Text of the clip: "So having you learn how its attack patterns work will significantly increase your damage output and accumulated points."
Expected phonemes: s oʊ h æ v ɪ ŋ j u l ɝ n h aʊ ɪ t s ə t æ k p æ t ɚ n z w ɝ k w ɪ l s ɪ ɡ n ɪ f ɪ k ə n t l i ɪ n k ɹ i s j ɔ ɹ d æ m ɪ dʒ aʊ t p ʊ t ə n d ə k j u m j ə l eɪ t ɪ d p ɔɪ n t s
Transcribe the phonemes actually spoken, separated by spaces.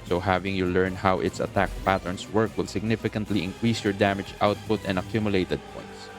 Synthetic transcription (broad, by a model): s oʊ h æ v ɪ ŋ j u l ɝ n h aʊ ɪ t s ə t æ k p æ t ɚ n s w ɝ k w ɪ l s ɪ ɡ n ɪ f ɪ k ə n t l i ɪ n k ɹ i s j ɔ ɹ d æ m ɪ dʒ aʊ t p ʊ t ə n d ə k j u m j ə l eɪ t ɪ d p ɔɪ n t s